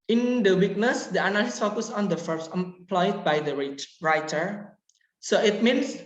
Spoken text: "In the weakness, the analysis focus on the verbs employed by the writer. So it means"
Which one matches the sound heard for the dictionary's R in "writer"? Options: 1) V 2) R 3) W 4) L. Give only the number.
2